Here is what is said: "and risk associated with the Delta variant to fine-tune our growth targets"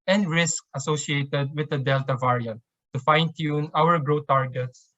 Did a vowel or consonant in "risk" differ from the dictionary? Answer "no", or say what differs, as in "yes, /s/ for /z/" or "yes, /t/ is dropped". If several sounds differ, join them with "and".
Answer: no